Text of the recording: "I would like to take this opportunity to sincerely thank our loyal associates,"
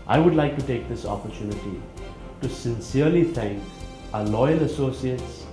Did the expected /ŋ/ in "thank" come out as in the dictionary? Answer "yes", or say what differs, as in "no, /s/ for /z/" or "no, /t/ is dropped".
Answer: yes